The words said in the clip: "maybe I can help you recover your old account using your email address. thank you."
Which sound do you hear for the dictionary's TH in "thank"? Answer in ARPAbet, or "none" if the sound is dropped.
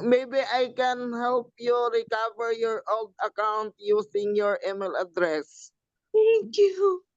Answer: T